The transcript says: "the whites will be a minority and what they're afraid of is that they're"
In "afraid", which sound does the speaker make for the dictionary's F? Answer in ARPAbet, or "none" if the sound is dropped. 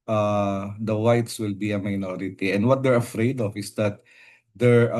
F